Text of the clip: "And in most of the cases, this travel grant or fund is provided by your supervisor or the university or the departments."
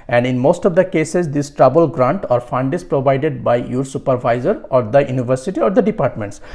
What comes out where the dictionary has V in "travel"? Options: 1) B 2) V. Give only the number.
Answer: 1